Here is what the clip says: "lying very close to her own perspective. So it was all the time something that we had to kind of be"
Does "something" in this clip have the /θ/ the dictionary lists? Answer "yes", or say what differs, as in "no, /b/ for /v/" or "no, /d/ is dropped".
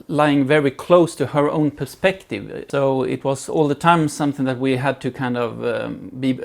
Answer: yes